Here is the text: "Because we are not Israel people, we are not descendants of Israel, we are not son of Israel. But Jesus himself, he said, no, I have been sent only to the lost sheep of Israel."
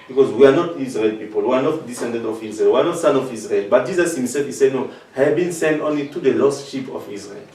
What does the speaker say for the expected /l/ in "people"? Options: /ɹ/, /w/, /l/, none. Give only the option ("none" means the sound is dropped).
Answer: /l/